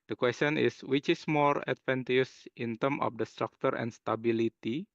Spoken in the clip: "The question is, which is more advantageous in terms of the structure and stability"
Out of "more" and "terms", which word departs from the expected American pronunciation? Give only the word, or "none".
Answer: terms